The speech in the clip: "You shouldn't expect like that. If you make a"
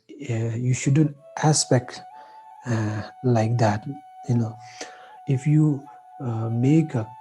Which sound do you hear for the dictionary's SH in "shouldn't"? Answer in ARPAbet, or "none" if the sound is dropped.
SH